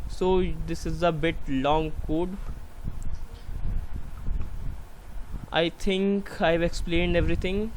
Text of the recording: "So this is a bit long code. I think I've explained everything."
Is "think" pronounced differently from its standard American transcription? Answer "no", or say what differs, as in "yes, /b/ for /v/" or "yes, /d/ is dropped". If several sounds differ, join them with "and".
yes, /t/ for /θ/